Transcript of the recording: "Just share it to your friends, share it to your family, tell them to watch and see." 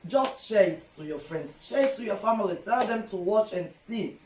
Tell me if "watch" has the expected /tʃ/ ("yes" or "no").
yes